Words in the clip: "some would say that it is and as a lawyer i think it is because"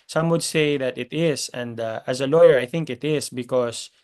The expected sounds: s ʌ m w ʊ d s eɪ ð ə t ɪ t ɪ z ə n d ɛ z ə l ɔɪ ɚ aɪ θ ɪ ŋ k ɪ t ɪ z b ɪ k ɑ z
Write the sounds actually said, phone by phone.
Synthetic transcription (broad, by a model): s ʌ m w ʊ d s eɪ ð ə t ɪ t ɪ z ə n d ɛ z ə l ɔɪ ɚ aɪ θ ɪ ŋ k ɪ t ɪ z b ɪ k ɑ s